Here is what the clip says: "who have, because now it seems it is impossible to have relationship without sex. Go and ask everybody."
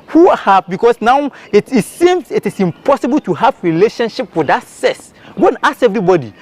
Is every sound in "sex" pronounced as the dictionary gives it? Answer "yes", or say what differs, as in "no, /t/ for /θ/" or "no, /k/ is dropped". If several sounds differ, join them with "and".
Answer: no, /k/ is dropped